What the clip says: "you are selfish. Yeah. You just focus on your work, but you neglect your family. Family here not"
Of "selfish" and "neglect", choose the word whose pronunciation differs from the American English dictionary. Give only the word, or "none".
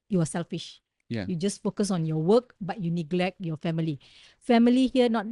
none